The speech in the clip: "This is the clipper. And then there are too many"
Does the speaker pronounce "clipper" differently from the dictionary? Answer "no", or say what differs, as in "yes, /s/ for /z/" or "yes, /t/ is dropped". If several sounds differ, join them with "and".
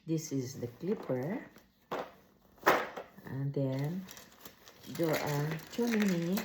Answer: no